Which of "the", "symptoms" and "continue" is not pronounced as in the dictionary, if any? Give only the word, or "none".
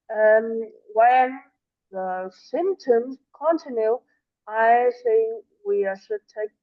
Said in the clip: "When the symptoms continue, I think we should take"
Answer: none